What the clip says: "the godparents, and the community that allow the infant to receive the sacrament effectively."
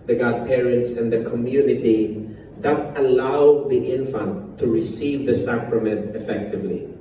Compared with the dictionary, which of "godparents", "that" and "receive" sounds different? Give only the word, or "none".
none